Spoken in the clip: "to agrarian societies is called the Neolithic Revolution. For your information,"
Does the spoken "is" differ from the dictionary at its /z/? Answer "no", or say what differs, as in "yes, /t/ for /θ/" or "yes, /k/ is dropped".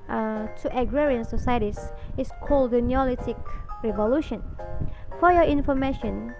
yes, /s/ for /z/